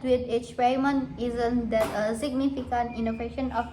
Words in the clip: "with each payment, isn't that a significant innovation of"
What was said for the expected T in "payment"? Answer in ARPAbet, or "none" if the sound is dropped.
none